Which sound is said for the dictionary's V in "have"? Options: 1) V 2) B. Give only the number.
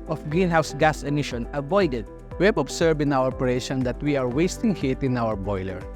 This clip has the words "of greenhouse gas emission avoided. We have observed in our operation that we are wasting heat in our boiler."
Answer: 2